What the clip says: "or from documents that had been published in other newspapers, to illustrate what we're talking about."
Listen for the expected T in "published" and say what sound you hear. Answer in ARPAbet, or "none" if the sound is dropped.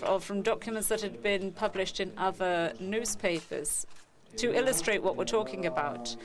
T